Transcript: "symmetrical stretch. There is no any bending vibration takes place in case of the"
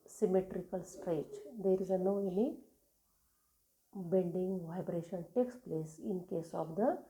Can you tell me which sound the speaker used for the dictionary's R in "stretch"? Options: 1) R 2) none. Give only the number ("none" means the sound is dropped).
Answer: 1